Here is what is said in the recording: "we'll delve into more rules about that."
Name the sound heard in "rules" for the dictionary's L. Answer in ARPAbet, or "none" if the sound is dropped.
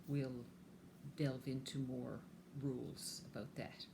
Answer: L